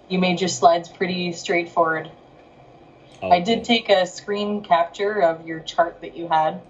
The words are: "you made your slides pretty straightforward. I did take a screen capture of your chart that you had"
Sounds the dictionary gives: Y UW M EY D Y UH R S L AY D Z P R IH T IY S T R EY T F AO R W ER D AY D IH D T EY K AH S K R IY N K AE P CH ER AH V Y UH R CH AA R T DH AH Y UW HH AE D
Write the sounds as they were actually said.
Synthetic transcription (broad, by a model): Y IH M EY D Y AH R S L AY D Z P R IH T IY S T R EY T F AO R W ER D AY D IH D T EY K AH S K R IY N K AE P CH ER AH V Y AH R CH AA R T DH AH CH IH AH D